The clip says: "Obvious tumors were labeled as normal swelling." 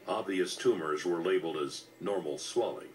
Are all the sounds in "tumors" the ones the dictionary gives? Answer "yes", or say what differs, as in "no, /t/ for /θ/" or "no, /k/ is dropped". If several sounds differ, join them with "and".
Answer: yes